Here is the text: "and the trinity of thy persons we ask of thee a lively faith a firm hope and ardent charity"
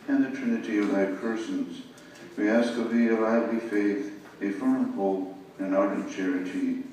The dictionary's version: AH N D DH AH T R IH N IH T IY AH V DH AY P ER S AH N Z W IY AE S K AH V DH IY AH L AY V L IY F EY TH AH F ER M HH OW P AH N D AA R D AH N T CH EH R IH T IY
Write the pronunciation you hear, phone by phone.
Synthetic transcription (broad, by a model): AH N DH AH T R IH N IH T IY AH V DH AY P ER S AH N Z W IY AE S K AH V DH IY AH L AY V L IY F EY TH AH F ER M HH OW P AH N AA R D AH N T CH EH R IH T IY